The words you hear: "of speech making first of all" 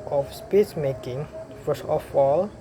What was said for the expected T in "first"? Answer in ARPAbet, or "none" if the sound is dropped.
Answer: none